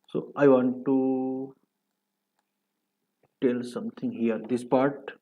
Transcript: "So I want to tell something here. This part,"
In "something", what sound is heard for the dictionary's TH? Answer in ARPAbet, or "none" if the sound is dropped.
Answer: T